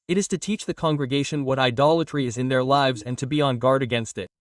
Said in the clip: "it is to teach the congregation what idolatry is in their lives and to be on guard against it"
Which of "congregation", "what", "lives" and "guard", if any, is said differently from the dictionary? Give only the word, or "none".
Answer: none